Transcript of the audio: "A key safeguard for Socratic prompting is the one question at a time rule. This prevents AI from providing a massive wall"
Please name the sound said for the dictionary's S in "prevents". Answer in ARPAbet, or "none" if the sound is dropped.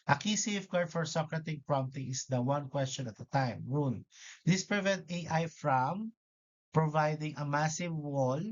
none